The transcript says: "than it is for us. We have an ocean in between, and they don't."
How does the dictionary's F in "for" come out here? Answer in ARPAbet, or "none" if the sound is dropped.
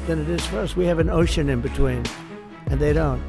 F